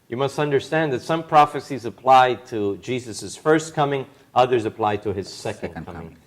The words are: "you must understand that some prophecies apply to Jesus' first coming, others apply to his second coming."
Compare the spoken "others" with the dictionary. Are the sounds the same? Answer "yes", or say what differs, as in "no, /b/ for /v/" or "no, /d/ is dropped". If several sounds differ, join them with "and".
yes